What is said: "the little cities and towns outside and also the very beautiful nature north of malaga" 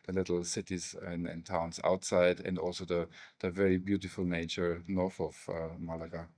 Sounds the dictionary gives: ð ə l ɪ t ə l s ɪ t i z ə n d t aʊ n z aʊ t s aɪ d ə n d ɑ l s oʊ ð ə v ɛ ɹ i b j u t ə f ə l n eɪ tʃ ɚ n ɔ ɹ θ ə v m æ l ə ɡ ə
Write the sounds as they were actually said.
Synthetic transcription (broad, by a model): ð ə l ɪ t l s ɪ t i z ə n t aʊ n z aʊ t s aɪ d ə n d ɑ l s oʊ ð ə v ɛ ɹ i b j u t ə f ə l n eɪ tʃ ɚ n ɔ ɹ θ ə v m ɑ l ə ɡ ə